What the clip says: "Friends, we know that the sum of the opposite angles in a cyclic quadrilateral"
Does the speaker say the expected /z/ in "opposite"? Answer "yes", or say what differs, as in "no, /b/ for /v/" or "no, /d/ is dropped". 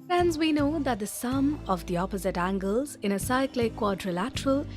yes